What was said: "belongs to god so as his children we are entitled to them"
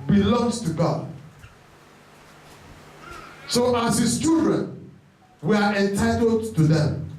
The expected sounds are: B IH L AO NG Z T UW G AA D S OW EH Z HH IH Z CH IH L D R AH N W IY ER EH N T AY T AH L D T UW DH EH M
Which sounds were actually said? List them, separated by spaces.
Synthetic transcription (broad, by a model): B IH L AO NG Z T UW G AA D S OW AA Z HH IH S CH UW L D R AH N W IY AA EH N T AY T AH L D T UW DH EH M